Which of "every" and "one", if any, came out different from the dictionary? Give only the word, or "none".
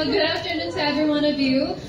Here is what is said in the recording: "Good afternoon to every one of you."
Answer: none